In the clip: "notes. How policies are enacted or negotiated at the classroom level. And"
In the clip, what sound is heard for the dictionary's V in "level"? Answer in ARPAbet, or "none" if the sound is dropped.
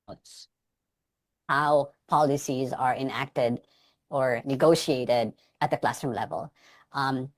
V